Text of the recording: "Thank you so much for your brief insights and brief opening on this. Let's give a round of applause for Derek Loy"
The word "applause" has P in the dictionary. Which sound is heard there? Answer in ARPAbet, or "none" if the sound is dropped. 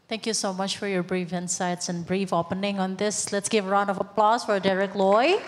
P